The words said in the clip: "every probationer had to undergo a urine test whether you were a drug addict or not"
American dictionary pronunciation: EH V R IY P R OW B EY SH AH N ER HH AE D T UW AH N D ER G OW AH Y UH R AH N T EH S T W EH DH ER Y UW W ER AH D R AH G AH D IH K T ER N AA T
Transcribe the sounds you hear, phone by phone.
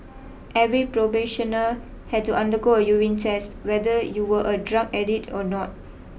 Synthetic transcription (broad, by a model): EH V R IY P R OW B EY SH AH N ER HH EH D T UW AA N D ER G OW AH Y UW W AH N T EH S T W EH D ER Y UW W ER AH D R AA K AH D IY T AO N AA T